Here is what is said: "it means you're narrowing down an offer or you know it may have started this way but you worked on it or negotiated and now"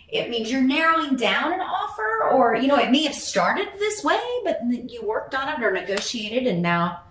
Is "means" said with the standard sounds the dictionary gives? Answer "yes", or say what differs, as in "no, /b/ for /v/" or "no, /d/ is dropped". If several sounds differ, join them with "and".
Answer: yes